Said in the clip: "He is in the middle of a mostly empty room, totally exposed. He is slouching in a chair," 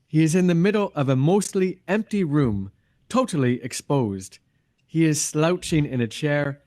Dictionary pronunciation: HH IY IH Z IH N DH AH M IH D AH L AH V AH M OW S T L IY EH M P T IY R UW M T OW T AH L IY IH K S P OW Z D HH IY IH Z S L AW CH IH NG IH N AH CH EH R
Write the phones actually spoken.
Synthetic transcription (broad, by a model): HH IY IH Z IH N DH AH M IH D L AH V AH M OW S T L IY EH M P T IY R UW M T OW T L IY IH K S P OW Z D HH IY IH Z S L AW CH IH NG IH N AH CH EH R